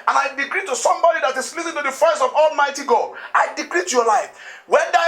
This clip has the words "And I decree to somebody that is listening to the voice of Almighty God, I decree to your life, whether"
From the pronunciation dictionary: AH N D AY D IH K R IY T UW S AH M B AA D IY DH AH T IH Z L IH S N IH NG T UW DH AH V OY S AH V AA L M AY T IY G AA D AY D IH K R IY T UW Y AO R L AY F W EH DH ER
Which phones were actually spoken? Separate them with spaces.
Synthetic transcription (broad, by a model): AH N AY D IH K R IY T UW S AH M B AA D IY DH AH T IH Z L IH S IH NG T UW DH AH F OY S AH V AA L M AY T IY G AA D AY D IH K R IY T UW Y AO L AY F W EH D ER